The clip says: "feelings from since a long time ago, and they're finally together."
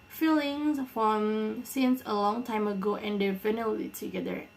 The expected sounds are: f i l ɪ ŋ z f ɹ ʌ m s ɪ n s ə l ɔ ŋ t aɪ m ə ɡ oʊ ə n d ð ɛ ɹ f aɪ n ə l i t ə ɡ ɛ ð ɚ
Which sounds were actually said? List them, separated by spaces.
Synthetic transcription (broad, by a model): f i l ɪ ŋ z f ɹ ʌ m s ɪ n s ə l ɔ ŋ t aɪ m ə ɡ oʊ ə n d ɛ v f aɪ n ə i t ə ɡ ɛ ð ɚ